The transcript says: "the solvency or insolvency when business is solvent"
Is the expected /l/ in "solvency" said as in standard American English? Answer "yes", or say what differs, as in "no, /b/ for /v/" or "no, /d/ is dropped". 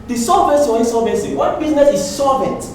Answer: no, /l/ is dropped